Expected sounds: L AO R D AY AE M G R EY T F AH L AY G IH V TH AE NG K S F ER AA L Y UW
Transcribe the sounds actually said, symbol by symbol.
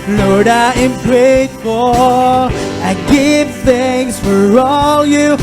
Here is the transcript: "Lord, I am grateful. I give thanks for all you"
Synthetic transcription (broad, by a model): L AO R D AY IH M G R EY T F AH AY G IH V TH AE NG S F ER AA L Y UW